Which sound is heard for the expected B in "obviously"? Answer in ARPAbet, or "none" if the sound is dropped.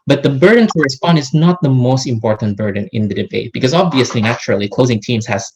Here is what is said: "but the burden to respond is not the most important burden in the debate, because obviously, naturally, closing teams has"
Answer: B